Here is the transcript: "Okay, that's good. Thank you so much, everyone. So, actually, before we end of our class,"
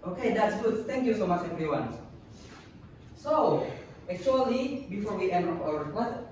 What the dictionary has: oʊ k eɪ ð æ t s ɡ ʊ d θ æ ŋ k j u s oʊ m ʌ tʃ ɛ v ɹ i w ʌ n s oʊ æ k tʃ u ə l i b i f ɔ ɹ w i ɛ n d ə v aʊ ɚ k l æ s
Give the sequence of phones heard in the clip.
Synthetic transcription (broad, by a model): oʊ k eɪ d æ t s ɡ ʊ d t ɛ ŋ k j u s oʊ m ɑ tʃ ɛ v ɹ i w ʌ n s oʊ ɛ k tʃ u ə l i b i f ɔ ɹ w i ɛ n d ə p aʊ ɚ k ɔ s